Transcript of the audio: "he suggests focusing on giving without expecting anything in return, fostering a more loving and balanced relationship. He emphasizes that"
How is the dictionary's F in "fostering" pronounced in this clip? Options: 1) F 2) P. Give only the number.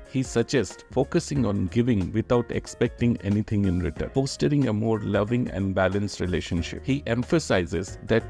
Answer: 2